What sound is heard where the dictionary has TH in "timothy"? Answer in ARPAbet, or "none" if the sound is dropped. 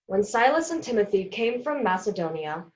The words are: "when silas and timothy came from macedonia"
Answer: TH